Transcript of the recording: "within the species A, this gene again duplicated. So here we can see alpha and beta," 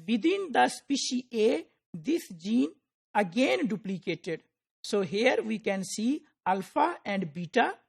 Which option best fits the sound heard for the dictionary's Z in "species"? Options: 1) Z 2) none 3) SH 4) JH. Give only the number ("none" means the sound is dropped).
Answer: 2